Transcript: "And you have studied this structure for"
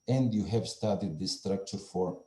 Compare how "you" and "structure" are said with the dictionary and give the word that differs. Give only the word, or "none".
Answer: none